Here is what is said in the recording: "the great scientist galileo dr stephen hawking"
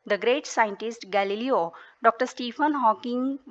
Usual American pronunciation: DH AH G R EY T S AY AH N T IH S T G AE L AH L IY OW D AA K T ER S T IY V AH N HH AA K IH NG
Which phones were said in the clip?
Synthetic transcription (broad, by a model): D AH G R EY T S AY AH N T IH S T G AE L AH L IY OW D AA K T ER S T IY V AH N HH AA K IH NG